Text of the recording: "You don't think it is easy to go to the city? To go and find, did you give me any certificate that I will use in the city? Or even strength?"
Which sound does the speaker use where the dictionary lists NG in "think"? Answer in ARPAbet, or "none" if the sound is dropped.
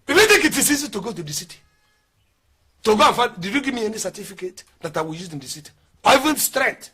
none